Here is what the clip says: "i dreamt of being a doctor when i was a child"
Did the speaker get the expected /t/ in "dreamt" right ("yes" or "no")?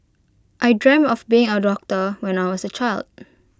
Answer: no